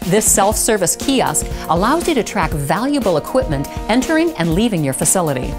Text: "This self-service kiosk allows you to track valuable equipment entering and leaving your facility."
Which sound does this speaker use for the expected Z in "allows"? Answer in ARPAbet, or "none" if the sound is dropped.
Z